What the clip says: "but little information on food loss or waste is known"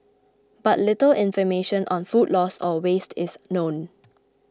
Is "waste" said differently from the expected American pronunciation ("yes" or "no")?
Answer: no